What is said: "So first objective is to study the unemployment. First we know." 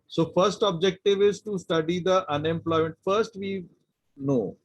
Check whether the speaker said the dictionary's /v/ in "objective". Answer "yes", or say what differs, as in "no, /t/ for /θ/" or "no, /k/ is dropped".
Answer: yes